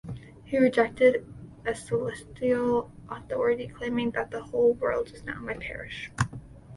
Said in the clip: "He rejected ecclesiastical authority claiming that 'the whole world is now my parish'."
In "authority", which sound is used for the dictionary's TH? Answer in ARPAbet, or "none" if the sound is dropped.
TH